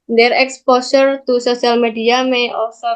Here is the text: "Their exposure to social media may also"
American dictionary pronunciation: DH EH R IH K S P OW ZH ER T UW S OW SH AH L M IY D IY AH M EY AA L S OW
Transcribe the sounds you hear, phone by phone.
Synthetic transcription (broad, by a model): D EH R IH K S P OW S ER T UW S OW S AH L M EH D IY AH M EY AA L S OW